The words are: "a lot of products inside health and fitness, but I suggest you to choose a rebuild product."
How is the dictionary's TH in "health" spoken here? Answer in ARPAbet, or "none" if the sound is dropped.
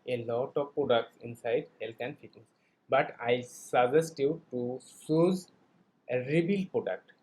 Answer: T